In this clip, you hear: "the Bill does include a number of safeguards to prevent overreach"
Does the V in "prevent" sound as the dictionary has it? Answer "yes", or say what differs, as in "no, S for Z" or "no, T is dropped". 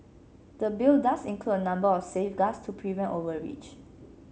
yes